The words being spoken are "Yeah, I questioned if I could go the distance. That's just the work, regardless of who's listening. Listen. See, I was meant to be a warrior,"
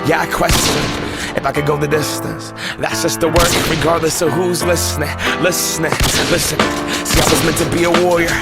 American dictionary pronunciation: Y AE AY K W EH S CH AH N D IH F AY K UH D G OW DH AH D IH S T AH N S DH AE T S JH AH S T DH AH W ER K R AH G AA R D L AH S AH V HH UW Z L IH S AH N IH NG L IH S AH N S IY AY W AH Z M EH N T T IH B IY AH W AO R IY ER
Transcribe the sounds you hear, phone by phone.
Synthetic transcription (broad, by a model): Y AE AY K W EH S CH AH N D IH F AY K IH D G OW DH AH D IH S T AH N S DH AE T S JH AH S T DH AH W ER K R AH G AA R D L AH S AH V HH UW Z L IH S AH L IH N L IH S AH N S IY AY W AH Z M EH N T T IH B IY AH W AO R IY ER